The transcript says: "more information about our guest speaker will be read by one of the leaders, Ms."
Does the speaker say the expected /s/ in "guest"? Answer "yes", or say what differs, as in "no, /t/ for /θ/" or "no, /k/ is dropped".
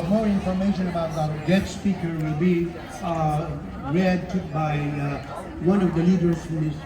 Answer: no, /s/ is dropped